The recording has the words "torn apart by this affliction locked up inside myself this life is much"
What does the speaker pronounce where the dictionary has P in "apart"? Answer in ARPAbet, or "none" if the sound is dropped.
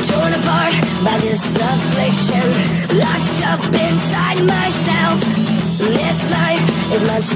B